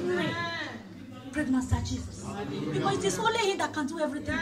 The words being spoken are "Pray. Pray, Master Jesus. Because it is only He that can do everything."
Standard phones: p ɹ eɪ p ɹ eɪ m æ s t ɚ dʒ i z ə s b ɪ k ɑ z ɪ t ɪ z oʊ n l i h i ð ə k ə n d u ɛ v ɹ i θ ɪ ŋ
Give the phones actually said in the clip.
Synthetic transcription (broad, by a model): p ɹ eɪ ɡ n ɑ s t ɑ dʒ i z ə s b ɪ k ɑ s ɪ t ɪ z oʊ l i h i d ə k ə n d u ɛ v ɹ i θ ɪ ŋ